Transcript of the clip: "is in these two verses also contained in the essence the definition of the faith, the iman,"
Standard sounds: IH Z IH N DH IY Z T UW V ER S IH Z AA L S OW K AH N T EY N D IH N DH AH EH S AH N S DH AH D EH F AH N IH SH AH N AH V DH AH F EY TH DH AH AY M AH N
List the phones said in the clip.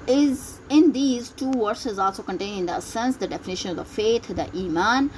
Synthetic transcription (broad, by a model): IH Z IH N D IY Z T UW V ER S IH Z AA L S OW K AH N T EY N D IH N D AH S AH N S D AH D EH F AH N IH SH AH N AH V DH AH F EY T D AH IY M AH N